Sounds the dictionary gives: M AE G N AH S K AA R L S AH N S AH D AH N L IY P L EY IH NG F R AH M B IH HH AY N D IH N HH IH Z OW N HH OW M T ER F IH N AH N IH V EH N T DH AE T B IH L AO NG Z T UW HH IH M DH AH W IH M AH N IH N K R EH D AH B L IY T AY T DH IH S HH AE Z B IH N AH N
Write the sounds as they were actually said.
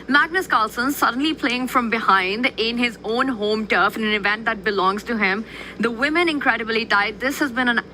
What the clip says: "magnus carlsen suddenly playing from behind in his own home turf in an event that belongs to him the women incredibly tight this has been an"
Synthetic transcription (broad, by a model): M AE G N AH S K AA L S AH N S AH D AH N L IY P L EY IH NG F R AH M B IH HH AY N D IH N HH IH Z OW N HH OW M T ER F IH N AH N IH V EH N T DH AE T B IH L AO NG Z T UW HH IH M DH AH W IH M AH N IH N K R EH D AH B L IY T AY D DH IH S HH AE Z B IH N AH N